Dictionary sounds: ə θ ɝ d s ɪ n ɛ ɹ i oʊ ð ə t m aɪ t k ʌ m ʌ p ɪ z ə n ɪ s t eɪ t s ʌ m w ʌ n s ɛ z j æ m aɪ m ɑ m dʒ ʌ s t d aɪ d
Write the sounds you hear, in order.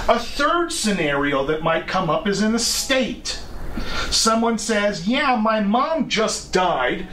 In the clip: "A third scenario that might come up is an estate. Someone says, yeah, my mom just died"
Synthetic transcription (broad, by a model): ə θ ɝ d s ɪ n ɛ ɹ i oʊ ð ə t m aɪ t k ʌ m ʌ p ɪ z ə n ɪ s t eɪ t s ʌ m w ʌ n s ɛ z j æ m aɪ m ɑ m dʒ ʌ s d aɪ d